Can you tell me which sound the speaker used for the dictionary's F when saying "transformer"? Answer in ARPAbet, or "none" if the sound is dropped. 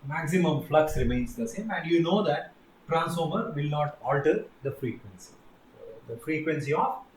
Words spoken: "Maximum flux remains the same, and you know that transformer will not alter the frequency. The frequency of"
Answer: none